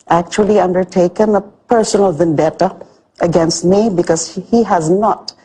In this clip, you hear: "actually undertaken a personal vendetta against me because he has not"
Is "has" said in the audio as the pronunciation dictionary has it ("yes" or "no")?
yes